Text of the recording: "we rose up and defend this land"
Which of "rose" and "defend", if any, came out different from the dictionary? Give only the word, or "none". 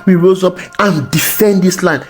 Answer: none